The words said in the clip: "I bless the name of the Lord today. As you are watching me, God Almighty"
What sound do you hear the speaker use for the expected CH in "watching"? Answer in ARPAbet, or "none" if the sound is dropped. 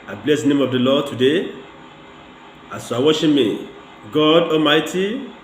SH